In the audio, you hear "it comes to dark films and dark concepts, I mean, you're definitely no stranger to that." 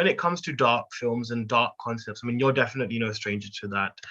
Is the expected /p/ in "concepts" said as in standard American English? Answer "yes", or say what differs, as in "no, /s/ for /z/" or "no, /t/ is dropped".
yes